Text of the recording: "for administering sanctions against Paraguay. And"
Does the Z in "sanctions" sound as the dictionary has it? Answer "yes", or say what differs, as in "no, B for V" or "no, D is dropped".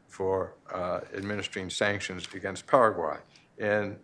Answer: yes